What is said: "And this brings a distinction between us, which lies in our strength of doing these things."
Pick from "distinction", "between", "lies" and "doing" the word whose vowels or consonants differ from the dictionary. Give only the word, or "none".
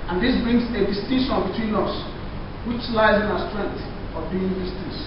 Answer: distinction